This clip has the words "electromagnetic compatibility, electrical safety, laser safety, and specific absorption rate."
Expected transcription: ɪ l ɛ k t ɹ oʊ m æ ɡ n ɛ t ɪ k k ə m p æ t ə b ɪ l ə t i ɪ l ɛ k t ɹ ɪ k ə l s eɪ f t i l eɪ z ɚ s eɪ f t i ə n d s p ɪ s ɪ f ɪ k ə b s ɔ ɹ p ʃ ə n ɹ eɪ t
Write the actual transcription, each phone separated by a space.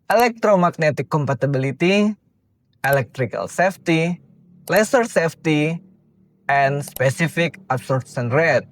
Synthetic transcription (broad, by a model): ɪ l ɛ k t ɹ oʊ m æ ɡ n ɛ t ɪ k k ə m p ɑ t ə b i l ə t i ɪ l ɛ k t ɹ ɪ k ə l s eɪ f t i l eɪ s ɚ s eɪ f t i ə n s p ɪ s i f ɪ k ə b s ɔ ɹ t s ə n ɹ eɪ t